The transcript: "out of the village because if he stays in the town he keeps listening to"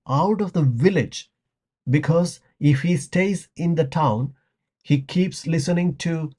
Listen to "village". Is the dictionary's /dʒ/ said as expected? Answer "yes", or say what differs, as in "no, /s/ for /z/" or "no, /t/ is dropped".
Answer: yes